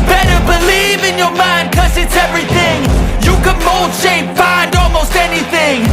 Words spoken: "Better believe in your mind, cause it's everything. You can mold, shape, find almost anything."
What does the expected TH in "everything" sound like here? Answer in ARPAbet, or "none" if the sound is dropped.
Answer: TH